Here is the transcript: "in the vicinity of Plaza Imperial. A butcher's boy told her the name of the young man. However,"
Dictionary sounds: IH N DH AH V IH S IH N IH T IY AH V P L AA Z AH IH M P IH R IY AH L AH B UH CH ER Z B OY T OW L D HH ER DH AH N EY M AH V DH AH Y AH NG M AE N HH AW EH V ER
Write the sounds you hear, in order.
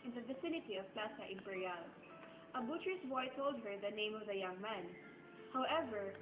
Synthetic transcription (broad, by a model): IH N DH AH V IH S IH N IH T IY AH V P L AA S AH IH M P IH R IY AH L AH B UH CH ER S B OY T OW L D HH ER DH AH N EY M AH V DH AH Y AH NG M AE N HH AW EH V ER